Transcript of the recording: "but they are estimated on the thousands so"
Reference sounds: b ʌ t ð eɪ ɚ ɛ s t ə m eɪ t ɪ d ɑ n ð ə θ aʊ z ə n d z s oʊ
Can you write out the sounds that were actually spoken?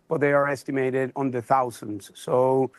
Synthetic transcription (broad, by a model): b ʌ t ð eɪ ɚ ɛ s t ə m eɪ t ɪ d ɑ n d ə θ aʊ z ə n d z s oʊ